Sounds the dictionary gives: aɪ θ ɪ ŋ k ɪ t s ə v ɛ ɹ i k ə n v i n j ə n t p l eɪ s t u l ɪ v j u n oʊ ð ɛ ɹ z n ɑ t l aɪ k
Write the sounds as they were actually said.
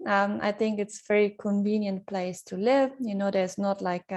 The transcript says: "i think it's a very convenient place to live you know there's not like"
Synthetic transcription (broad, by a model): aɪ θ ɪ ŋ k ɪ t s ə v ɛ ɹ i k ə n v i n j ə n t p l eɪ s t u l ɪ v j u n oʊ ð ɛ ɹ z n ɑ t l aɪ k